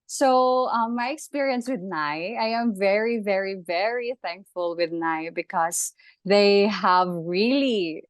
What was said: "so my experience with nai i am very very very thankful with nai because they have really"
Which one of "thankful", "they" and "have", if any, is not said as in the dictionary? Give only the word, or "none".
none